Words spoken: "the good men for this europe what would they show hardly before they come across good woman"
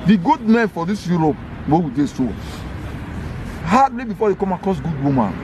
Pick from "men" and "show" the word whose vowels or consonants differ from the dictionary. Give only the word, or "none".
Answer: show